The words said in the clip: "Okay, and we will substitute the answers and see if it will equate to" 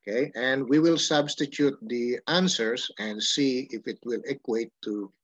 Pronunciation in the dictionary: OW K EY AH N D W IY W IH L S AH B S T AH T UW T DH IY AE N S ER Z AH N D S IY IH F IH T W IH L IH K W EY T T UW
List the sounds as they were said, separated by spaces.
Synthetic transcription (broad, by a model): K EY AH N D W IY W IH L S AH B S T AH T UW T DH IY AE N S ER S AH N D S IY IH F IH T W IH L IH K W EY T T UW